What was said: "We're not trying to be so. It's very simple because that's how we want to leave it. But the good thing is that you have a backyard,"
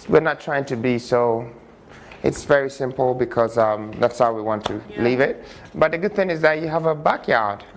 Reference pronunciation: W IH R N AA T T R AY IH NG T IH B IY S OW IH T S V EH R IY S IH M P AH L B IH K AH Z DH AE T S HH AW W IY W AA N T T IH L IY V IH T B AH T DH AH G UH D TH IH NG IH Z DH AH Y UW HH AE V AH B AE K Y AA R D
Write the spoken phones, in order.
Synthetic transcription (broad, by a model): W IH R N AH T T R AY IH NG T IH B IY S OW IH T S V EH R IY S IH M P L B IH K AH Z DH AE T S HH AW W IY W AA N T T IH L IY V IH T B AH T DH AH G UH D TH IH NG IH Z DH AH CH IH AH V AH B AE K Y AA R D